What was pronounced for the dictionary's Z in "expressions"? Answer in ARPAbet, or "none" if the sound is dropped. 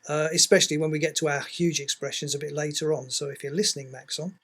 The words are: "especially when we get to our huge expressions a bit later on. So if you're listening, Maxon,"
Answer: Z